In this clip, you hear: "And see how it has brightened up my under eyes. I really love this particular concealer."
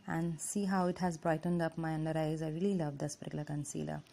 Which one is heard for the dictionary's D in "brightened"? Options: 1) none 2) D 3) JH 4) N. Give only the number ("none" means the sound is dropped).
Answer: 2